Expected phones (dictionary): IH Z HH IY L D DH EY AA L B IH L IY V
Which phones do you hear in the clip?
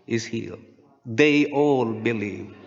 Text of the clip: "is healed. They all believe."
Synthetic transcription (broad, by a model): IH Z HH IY D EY AA L B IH L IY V